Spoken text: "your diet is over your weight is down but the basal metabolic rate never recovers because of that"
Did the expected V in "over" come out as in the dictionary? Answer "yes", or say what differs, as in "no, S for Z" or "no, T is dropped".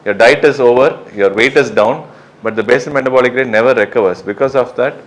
yes